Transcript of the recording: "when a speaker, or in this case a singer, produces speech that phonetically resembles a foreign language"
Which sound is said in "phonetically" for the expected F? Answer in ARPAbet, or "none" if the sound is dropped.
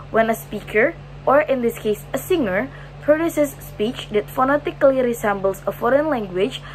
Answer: F